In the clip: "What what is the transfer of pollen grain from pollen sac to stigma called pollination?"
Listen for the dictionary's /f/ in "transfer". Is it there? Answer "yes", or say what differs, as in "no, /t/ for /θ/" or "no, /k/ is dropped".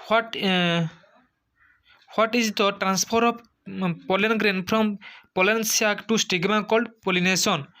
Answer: no, /p/ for /f/